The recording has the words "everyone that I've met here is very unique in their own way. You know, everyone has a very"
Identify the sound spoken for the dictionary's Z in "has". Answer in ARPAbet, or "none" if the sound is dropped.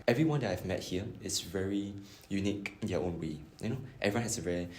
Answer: S